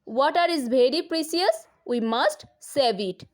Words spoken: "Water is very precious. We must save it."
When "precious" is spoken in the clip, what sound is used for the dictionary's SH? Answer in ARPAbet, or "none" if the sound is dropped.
S